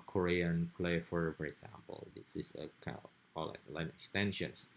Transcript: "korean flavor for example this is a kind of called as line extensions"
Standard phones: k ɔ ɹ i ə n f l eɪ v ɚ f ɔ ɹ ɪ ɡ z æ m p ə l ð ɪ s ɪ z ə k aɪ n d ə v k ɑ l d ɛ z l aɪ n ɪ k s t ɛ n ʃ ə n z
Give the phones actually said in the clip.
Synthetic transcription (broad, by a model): k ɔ ɹ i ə n p l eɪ f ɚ f ɔ ɹ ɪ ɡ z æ m p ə l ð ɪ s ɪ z ə k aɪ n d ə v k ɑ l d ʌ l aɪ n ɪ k s t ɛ n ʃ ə n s